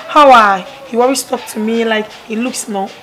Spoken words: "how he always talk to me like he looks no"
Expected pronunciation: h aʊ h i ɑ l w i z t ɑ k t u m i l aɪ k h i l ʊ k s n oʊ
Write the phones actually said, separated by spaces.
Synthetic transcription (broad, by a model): h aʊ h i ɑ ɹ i s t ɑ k t u m i l aɪ k h i l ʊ k s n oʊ